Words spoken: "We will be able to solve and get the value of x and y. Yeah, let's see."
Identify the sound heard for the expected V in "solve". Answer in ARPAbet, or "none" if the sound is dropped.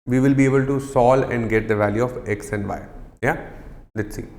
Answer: none